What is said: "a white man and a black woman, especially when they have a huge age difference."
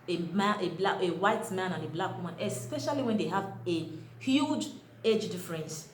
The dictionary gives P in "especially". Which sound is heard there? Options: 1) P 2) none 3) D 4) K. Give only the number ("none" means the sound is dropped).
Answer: 1